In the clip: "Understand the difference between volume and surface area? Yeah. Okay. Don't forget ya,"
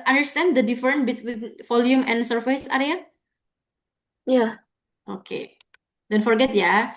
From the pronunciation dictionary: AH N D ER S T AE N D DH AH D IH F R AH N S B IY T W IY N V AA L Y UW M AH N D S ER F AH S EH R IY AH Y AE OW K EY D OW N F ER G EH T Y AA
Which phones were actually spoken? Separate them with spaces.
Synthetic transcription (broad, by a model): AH N D ER S T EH N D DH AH D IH F R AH N B IY T W IY N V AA L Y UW M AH N S ER F AH S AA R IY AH Y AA OW K EY D OW N F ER G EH T Y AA